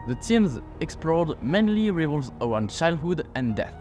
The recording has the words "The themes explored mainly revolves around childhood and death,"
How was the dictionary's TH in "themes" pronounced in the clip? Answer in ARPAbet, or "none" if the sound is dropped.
T